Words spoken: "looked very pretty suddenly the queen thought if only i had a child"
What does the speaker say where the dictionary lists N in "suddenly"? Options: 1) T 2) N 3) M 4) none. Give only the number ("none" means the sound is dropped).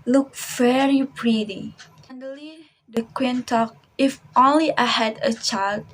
4